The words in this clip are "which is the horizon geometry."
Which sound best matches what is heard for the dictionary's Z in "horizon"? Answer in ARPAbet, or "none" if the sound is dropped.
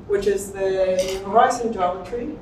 S